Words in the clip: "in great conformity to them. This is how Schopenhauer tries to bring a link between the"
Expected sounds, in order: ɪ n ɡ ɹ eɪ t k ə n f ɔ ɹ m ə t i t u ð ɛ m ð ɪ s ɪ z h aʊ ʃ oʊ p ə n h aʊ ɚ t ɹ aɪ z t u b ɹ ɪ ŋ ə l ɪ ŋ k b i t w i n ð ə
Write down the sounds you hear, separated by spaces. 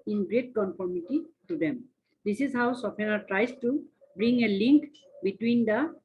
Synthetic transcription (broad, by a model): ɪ n ɡ ɹ eɪ t k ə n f ɔ ɹ m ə t i t u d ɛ m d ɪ s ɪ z h aʊ s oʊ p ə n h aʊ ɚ t ɹ aɪ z t u b ɹ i ŋ ə l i ŋ k b i t w i n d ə